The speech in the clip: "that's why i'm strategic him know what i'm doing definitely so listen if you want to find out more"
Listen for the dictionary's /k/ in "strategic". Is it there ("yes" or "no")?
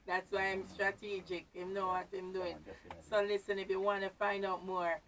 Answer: yes